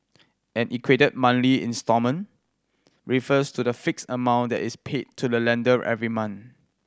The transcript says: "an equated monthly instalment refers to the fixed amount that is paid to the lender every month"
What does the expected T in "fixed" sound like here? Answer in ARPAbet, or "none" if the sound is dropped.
none